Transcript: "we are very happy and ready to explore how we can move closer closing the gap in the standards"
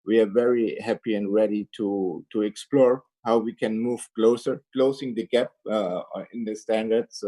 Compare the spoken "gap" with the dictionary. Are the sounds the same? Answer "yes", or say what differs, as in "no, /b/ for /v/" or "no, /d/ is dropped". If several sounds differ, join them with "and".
yes